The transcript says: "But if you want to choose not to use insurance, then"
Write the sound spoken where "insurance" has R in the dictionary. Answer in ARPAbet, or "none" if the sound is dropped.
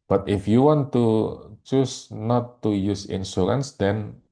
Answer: L